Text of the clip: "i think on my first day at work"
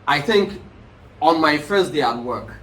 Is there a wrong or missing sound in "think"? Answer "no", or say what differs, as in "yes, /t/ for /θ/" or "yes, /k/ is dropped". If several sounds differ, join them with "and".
no